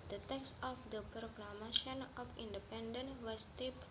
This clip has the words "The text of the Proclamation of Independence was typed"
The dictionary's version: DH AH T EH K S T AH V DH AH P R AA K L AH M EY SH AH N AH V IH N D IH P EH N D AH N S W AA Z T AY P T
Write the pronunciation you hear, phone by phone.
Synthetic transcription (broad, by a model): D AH T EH K S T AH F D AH P R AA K L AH M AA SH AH N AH F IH N D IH P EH N D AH N W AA S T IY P